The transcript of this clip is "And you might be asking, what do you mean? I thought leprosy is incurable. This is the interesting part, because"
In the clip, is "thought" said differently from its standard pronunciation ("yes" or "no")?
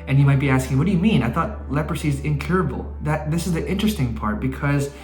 no